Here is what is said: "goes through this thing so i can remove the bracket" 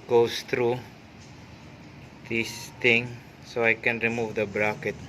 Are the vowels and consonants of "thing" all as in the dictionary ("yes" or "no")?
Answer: no